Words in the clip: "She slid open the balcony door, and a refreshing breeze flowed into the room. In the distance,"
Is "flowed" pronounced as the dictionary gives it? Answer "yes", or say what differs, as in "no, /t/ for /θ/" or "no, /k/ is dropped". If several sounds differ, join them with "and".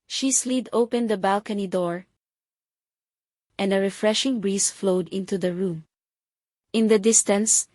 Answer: yes